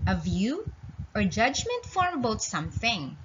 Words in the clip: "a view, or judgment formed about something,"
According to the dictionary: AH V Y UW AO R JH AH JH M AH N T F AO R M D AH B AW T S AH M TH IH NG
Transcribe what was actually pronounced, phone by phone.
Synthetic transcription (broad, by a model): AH V Y UW AO R JH AH JH M AH N T F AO R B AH UH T S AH M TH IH NG